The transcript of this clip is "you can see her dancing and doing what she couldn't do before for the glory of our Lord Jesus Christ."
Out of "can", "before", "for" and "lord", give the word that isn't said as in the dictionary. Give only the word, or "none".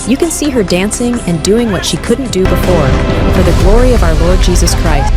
none